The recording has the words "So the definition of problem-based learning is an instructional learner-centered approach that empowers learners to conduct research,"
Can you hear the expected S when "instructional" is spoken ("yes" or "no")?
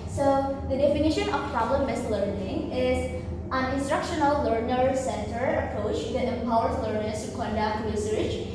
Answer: yes